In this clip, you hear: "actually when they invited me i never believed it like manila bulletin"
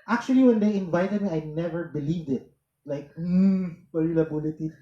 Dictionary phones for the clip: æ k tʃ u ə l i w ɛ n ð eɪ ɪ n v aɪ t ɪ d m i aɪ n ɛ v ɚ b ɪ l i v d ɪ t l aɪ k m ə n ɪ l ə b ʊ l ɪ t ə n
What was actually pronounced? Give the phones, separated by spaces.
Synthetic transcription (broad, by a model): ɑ k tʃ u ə l i w ɛ n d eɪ ɪ n v aɪ t ɪ d m i aɪ n ɛ v ɚ b ɪ l i v d ɪ t l aɪ k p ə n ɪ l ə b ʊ l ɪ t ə